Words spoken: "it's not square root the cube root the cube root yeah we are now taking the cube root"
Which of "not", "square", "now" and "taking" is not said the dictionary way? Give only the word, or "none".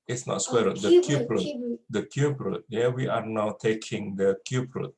square